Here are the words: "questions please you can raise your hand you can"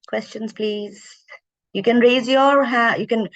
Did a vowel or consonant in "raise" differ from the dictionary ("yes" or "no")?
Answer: no